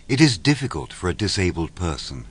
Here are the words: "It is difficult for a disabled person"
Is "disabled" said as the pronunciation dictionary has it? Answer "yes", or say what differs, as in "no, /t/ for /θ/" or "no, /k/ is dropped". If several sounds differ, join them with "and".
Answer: yes